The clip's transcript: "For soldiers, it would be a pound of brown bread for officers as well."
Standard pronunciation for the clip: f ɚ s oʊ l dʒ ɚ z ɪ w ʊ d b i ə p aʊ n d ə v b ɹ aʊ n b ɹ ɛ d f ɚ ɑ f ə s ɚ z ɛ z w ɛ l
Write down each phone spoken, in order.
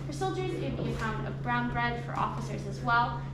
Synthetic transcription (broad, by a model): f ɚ s oʊ l dʒ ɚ ɪ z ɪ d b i ə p aʊ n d ə v b ɹ aʊ n b ɹ ɛ d f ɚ ɑ f ə s ɚ z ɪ z w ɛ l